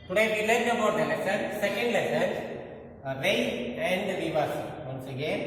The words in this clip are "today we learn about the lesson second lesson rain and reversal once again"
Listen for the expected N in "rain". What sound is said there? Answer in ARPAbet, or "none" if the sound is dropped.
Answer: none